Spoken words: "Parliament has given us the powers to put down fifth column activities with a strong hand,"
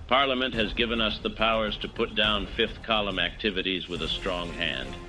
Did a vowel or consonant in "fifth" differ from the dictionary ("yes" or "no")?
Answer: no